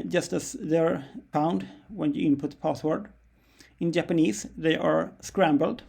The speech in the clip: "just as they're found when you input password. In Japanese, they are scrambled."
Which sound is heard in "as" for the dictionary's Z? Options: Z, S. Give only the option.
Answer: S